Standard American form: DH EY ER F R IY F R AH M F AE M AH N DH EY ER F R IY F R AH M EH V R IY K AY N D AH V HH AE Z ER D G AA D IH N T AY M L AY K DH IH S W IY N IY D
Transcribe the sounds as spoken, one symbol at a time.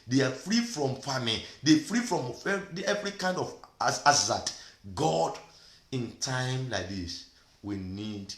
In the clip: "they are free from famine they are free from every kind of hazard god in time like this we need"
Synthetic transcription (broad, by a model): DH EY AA F R IY F R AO M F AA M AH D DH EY F R IY F R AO M EH V R IY K AY N D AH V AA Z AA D G AA D IH N T AY M L AY K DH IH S W IY N IY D